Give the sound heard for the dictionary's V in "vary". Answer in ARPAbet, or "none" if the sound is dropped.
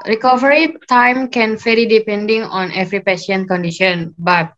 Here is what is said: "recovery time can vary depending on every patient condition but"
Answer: F